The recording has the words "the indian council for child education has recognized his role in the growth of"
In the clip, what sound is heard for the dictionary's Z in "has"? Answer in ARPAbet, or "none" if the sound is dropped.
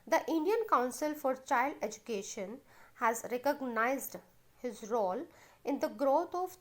Z